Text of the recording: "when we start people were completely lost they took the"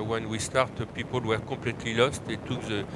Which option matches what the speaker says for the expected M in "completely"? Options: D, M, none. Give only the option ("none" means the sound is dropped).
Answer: none